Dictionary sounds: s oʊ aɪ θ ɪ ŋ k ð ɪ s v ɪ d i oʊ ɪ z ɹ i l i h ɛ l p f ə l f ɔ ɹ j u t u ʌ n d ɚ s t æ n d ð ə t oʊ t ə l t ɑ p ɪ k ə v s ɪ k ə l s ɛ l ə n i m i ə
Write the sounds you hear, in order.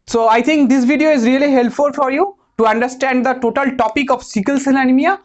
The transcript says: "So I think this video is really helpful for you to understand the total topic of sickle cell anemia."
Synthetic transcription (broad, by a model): s oʊ aɪ t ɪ ŋ k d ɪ s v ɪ d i oʊ ɪ z ɹ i l i h ɛ l p f ə l f ɔ ɹ j u t u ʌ n d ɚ s t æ n d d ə t oʊ t ə l t ɑ p ɪ k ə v s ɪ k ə l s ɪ n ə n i m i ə